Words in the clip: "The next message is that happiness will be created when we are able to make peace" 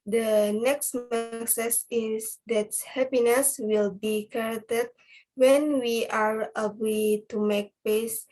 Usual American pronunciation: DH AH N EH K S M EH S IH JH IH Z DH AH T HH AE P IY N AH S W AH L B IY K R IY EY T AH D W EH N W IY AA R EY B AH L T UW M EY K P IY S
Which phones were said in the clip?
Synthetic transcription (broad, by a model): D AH N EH K S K S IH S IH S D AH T HH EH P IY N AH S W AH L B IY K IY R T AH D W EH N W IY AA R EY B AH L T UW M EY K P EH S